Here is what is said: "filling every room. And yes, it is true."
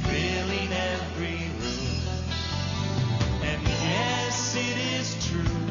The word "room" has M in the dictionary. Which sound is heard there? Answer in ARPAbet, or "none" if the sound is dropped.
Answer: none